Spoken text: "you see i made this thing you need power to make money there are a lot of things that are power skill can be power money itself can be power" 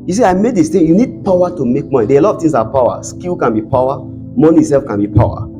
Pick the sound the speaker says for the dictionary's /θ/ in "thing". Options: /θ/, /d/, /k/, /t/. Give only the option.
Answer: /t/